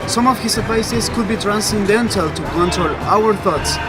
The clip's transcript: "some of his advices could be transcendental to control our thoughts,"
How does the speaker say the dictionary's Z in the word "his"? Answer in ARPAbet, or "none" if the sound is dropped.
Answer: S